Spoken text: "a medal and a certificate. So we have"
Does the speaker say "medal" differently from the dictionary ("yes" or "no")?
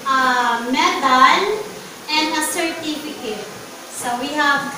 yes